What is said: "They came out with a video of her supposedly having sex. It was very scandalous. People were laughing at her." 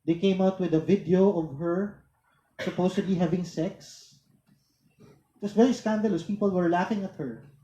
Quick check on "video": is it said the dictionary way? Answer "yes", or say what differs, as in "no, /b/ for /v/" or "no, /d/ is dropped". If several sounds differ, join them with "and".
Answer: yes